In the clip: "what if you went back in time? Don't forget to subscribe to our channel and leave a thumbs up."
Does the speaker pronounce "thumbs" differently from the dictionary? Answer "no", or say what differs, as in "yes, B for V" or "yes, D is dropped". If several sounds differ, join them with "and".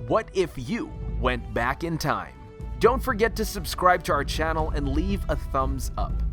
no